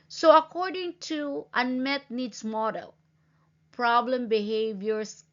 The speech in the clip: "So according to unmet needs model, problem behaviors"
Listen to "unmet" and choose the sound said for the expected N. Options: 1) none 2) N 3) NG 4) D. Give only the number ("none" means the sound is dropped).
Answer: 2